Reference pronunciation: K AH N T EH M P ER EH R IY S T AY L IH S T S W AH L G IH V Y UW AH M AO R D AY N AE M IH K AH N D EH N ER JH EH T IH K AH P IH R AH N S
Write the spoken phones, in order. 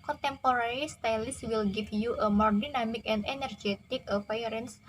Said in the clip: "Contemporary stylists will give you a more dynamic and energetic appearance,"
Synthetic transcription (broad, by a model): K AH N T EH M P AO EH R IY S T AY L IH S S W AH L G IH F Y UW AH M AO R D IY N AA M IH K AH N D EH N ER JH EH T IH K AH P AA R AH N S